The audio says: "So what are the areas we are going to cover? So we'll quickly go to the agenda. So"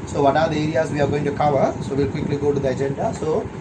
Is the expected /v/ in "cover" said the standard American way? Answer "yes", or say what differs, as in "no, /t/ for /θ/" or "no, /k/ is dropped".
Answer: yes